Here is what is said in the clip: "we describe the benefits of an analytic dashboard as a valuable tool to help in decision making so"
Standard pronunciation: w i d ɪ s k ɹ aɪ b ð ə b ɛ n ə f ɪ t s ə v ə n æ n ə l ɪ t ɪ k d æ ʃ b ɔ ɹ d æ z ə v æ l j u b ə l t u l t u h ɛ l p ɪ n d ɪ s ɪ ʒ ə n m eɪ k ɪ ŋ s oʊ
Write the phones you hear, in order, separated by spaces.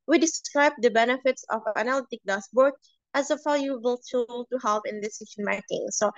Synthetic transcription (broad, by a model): w i d ɪ s k ɹ aɪ b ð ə b ɛ n ə f ɪ t s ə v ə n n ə l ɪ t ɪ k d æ s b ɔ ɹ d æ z ə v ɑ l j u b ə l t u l t u h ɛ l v ɪ n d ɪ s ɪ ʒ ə n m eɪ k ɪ ŋ s oʊ